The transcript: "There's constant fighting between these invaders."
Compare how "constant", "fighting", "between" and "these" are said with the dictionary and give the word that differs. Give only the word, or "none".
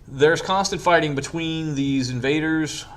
none